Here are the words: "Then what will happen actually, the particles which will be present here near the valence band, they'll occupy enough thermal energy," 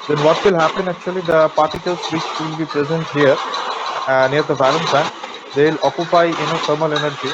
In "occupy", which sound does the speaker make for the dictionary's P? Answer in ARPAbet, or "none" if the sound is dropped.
P